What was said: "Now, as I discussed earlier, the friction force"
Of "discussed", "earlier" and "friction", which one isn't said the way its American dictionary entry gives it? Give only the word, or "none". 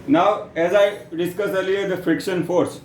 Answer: discussed